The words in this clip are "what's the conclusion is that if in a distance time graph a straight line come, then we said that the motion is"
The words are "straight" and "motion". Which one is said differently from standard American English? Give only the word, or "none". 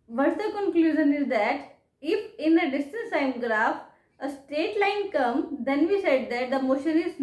straight